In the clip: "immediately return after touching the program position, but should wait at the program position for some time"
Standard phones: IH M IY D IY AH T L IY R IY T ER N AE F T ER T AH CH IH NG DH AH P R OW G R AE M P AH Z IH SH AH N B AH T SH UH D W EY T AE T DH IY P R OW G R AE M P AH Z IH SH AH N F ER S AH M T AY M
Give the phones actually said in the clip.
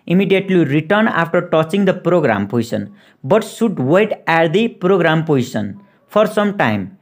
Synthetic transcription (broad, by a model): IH M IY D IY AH T L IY R IY T ER N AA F T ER T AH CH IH NG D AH P R OW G R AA M P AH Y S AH N B AH T S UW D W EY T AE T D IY P R OW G R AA M P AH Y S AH N P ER S AH M T AY M